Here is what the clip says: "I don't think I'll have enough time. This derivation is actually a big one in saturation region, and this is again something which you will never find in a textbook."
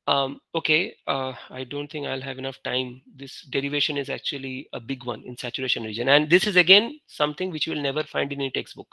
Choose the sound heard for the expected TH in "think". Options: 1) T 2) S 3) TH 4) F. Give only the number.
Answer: 1